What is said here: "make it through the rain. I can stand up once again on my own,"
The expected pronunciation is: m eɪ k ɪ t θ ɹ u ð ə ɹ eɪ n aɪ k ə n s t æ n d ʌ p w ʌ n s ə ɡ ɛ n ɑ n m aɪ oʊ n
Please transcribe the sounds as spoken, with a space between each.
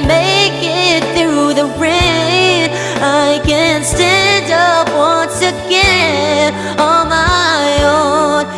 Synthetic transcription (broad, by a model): m eɪ k ɪ t θ ɹ u ð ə ɹ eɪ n aɪ k ə n s t æ n d ʌ p w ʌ n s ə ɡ ɛ ɑ l m aɪ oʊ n